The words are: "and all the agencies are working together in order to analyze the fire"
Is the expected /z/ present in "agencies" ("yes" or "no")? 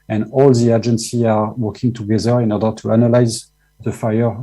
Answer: no